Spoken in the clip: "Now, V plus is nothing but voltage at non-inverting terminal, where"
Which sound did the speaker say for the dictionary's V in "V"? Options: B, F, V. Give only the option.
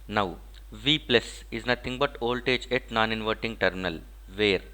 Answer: V